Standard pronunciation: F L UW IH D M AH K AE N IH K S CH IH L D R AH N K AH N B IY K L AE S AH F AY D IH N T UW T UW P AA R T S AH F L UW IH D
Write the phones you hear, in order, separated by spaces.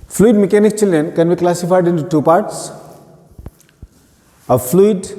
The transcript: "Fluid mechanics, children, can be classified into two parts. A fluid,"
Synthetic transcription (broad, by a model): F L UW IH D M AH K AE N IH K CH IH L D R AH N K AH N B IY K L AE S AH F AY D IH N T UW T UW P AA R T S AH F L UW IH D